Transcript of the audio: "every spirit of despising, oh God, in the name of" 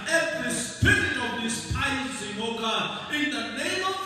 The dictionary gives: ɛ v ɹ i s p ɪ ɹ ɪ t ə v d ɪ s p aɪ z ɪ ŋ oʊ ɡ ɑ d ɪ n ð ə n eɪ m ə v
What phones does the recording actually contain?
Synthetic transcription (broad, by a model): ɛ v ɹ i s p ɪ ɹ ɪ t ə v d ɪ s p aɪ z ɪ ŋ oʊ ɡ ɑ ɪ n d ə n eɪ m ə